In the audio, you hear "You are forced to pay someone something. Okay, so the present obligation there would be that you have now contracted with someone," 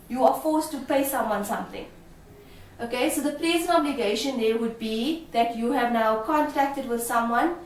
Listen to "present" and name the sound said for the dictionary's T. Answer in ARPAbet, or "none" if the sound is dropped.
none